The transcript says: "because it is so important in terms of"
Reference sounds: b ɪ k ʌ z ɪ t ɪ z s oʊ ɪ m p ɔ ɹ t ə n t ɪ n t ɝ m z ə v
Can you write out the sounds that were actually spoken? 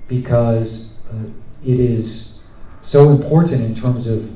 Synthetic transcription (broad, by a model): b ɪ k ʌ z ɪ t ɪ z s oʊ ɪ m p ɔ ɹ t n t ɪ n t ɝ m z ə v